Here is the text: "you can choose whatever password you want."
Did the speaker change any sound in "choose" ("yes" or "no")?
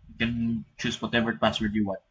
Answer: yes